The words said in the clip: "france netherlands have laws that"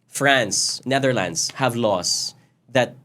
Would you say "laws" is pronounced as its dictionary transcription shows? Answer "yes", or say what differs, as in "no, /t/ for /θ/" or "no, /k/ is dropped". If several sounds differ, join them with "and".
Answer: no, /s/ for /z/